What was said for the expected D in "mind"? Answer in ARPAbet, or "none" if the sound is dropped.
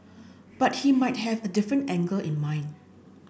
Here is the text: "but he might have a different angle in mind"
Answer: none